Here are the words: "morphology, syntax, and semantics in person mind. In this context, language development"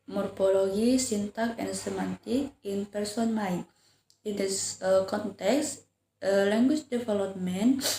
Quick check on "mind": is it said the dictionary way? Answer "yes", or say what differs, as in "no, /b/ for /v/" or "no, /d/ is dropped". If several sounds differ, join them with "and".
no, /d/ is dropped